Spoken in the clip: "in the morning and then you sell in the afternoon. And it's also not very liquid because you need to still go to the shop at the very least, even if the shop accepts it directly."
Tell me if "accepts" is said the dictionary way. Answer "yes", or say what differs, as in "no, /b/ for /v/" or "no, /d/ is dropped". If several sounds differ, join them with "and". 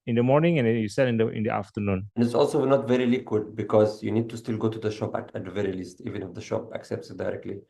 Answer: yes